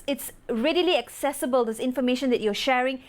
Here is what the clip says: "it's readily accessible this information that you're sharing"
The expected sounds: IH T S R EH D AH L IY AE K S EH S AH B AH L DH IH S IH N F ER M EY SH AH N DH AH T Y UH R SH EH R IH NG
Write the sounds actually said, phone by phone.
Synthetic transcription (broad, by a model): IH T S R EH D AH L IY AE K S EH S AH B AH L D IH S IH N F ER M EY SH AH N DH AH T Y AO SH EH R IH NG